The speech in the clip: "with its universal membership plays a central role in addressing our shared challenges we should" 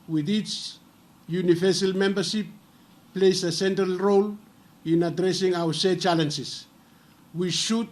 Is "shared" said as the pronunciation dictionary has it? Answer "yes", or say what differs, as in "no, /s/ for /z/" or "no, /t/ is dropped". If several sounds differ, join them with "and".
no, /s/ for /ʃ/